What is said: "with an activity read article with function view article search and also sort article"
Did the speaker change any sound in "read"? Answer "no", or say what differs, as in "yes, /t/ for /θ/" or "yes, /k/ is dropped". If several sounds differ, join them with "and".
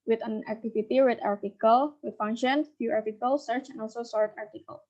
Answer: yes, /w/ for /ɹ/